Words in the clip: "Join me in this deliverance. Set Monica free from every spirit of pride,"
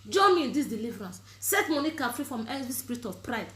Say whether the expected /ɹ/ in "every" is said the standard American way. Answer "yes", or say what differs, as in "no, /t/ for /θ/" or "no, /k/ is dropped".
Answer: no, /ɹ/ is dropped